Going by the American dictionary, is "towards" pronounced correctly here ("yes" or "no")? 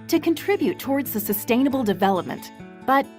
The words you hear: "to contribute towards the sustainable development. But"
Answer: yes